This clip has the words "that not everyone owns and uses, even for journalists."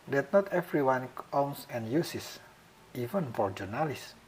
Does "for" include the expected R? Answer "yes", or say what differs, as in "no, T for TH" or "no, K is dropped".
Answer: yes